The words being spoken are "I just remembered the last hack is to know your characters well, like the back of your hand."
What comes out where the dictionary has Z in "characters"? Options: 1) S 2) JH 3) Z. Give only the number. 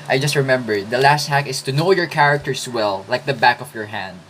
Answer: 1